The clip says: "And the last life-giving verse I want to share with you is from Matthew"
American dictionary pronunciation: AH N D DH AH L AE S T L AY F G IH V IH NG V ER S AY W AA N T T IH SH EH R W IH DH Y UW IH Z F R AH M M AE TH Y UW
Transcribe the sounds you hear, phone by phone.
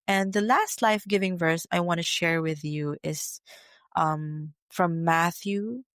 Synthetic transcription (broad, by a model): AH N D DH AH L AE S T L AY F G IH V IH NG V ER S AY W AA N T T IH SH EH R W IH DH Y UW IH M F R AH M M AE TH Y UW